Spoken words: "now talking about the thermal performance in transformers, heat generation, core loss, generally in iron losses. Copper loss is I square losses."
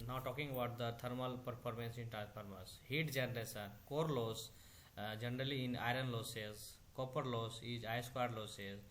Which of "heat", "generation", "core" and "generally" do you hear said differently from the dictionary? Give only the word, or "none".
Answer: generation